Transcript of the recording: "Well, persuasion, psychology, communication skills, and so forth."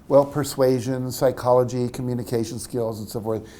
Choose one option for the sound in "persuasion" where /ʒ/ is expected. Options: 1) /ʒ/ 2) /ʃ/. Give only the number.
1